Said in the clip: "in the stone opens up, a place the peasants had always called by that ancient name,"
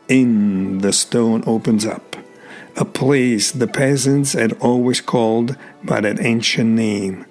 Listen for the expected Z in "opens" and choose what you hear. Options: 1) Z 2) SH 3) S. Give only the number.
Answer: 1